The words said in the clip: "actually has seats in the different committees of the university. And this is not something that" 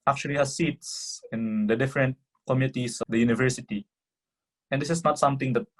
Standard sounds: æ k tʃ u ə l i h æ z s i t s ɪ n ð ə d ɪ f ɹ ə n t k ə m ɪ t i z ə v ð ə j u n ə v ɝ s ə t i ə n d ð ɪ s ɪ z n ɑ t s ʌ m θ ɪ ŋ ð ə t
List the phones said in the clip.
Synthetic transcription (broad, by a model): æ k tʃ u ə l i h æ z s i t s ɪ n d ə d ɪ f ɹ ə n t k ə m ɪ t i s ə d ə j u n ə v ɝ s ə t i ə n d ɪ s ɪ s n ɑ t s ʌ m t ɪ ŋ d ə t